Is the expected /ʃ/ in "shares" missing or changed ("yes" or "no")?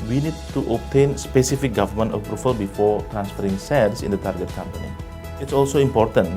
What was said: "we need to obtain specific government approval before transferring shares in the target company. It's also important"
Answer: yes